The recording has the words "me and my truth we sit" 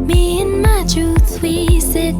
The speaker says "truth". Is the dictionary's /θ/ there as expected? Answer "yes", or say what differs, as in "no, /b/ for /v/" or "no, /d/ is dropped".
no, /s/ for /θ/